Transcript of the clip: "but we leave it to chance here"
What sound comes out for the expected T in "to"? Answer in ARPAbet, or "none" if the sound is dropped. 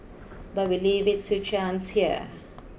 S